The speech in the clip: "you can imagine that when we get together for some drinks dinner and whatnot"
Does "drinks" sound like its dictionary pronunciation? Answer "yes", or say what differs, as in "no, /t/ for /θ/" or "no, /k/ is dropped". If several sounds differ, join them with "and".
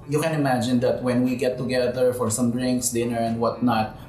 yes